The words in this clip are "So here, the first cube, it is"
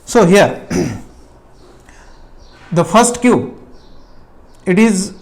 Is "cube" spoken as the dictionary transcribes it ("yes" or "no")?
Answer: no